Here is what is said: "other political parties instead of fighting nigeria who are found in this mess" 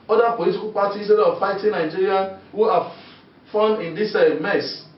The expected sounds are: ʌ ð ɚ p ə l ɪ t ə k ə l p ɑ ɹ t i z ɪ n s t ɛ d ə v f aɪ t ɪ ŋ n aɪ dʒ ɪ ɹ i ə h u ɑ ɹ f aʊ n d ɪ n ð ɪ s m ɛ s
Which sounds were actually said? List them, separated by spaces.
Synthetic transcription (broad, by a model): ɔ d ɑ p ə l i t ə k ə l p ɑ t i ɪ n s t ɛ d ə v f aɪ t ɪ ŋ n aɪ dʒ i ɹ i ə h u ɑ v f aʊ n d ɪ n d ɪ s m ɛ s